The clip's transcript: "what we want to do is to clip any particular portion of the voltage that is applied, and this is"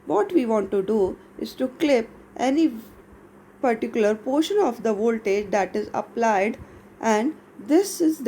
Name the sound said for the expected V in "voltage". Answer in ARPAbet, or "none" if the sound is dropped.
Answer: V